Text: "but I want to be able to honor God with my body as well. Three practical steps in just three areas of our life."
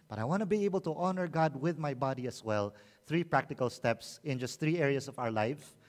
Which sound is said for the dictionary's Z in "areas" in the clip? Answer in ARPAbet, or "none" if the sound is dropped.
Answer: S